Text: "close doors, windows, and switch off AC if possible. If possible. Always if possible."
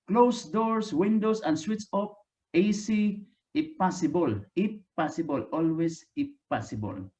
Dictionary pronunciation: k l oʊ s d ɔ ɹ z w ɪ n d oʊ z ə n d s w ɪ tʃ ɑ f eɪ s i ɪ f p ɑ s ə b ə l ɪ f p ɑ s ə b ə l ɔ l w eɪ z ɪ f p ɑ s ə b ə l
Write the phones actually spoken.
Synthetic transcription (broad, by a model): k l oʊ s d ɔ ɹ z w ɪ n d oʊ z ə n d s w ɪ s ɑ p eɪ s i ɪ p ɑ s ə b ə l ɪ p ɑ s ə b ə l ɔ l w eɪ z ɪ p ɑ s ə b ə l